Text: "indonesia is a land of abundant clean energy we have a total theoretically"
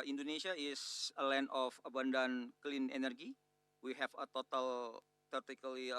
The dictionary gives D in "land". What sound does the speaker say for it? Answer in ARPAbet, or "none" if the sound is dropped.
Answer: none